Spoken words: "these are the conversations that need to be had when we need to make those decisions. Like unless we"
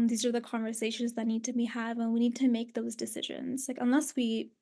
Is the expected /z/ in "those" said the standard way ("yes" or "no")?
yes